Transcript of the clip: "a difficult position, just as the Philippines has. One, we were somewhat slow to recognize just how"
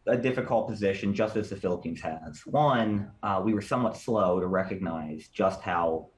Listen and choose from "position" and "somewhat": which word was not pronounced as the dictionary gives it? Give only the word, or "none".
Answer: none